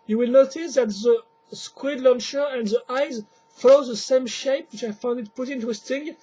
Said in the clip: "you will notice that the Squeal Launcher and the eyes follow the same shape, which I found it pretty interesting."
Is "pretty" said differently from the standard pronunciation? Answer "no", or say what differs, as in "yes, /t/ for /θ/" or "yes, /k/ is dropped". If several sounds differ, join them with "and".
yes, /ɹ/ is dropped